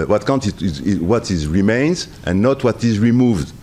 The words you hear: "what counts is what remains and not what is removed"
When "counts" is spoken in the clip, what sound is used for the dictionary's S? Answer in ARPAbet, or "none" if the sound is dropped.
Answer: none